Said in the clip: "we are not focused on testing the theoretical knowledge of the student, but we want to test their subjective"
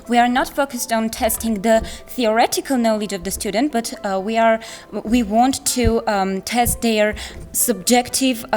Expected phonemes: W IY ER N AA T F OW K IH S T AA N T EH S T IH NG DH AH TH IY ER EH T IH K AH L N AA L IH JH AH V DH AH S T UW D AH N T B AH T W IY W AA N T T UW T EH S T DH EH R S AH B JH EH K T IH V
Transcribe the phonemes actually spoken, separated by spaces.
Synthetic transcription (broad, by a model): W IY ER N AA T F OW K IH S T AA N T EH S T IH NG DH AH TH IY ER EH T IH K AH L N AA L IH JH AH V DH AH S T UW D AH N T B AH T W IY W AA N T T UW T EH S T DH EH R S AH B JH EH K T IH V